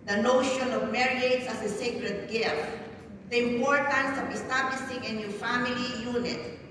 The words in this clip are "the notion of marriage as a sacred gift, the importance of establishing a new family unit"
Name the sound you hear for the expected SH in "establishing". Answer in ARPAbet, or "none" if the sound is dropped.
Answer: S